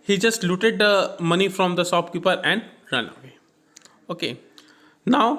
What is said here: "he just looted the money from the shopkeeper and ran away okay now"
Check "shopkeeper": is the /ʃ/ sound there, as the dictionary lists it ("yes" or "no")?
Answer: no